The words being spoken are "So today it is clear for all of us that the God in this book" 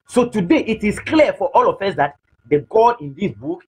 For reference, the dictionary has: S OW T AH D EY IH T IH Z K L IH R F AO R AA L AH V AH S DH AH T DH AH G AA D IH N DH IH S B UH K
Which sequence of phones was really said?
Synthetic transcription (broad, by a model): S OW T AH D EY IH T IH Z K L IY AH F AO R AA L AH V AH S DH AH T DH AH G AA IH N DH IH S B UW K